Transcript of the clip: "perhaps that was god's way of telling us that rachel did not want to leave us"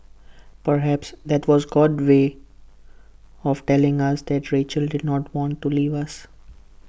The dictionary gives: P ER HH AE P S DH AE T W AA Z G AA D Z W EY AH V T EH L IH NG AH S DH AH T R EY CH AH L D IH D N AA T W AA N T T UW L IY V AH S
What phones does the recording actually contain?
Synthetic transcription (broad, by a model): P ER HH AE P S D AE T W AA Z G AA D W EY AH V T EH L IH NG AH S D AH T R EY CH AH L D IH D N AA T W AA N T T UW L IY V AH S